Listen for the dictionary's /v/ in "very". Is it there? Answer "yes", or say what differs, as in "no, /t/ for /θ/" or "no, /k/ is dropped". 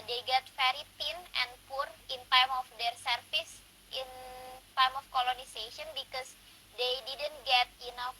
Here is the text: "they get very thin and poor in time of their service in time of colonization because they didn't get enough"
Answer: no, /f/ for /v/